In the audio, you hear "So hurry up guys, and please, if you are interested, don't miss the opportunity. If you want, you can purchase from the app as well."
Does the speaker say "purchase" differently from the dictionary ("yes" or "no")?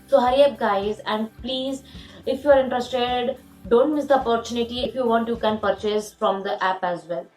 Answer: no